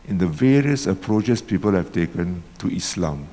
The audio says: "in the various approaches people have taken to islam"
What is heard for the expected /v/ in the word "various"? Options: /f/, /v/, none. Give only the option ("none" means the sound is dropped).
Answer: /v/